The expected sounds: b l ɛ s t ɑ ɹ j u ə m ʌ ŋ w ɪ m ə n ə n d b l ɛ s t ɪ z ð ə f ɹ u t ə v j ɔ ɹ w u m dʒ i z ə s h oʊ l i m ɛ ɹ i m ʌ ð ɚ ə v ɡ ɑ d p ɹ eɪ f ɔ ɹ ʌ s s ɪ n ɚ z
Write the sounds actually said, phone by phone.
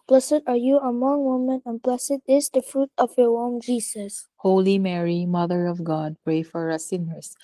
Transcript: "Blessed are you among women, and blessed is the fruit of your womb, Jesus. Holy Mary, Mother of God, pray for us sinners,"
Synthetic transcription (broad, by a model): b l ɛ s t ɑ ɹ j u ə m ʌ ŋ w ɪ m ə n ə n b l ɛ s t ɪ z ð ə f ɹ u t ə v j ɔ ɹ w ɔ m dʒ i s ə s h oʊ l i m ɛ ɹ i m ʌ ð ɚ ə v ɡ ɑ d p ɹ eɪ f ɔ ɹ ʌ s s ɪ n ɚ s